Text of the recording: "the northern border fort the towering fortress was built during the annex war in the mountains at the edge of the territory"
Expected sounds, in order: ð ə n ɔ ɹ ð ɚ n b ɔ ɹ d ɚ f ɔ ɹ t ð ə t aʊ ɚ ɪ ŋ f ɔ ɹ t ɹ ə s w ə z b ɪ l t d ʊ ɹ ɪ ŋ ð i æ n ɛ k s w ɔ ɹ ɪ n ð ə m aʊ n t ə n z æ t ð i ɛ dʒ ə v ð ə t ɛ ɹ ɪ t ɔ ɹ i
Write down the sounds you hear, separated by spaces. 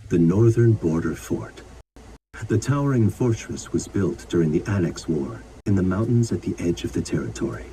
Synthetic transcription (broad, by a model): ð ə n ɔ ɹ ð ɚ n b ɔ ɹ d ɚ f ɔ ɹ t ð ə t aʊ ɚ ɪ ŋ f ɔ ɹ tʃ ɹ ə s w ə z b ɪ l t d ʊ ɹ ɪ ŋ ð i æ n ɛ k s w ɔ ɹ ɪ n ð ə m aʊ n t n z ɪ t ð i ɛ dʒ ə v ð ə t ɛ ɹ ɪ t ɔ ɹ i